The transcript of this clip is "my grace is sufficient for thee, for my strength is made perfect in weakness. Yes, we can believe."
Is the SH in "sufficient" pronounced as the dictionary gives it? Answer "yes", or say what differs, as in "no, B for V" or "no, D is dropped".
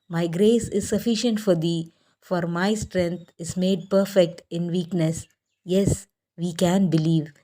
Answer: yes